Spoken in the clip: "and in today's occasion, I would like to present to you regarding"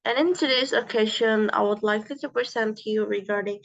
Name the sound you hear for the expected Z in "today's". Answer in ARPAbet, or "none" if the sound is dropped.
S